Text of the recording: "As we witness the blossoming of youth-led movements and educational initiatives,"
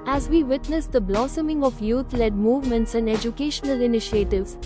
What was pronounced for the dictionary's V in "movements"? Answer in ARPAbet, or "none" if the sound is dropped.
V